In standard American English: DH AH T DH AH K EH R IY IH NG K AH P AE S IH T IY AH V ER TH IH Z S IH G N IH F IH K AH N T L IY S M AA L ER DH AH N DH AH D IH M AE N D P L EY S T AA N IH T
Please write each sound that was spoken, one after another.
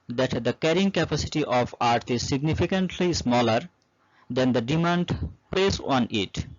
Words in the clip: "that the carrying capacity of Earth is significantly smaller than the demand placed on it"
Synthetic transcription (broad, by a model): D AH T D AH K EH R IY IH NG K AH P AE S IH T IY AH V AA T IH Z S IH G N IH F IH K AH N T L IY S M AA L ER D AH N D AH D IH M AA N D P L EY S AA N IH T